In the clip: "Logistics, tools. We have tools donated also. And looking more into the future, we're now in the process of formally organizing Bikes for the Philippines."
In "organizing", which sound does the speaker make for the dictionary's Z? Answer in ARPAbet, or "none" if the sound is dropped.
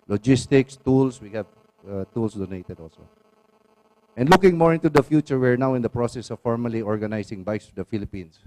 S